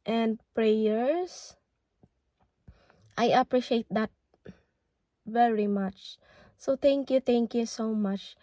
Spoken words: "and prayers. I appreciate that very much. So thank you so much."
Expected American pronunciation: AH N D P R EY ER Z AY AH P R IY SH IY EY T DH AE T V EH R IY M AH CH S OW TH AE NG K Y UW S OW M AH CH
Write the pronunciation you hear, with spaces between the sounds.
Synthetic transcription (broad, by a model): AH N D P R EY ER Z AY AH P R IY SH IY EY T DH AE T V EH R IY M AH CH S OW T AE NG K Y UW S OW M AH CH